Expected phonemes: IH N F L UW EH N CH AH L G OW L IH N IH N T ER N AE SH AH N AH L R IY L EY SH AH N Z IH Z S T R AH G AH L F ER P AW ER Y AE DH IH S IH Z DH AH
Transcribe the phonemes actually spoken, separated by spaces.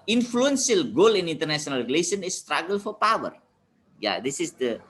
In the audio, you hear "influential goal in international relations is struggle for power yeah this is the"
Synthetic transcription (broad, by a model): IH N F L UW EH N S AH L G OW L IH N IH N T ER N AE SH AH N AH L R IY L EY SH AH N IH S T R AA G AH L F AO P AW ER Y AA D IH S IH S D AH